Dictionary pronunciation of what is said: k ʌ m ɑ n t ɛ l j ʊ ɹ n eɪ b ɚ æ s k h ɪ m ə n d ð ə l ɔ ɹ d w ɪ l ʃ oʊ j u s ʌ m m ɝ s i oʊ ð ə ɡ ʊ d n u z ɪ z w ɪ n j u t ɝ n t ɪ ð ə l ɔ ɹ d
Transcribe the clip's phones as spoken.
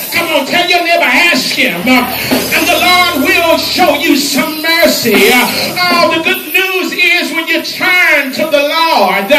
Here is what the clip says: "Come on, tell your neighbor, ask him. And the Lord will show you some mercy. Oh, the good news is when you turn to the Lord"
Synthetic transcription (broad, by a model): k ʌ m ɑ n t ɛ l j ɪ l n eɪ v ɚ æ s k h ɪ m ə n ð ə l ɔ ɹ d w ɪ l ʃ oʊ j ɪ s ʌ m m ɝ s i oʊ ð ə ɡ ʊ d n u z ɪ z w ɪ n j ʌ t ɝ n t ɪ ð ə l ɔ ɹ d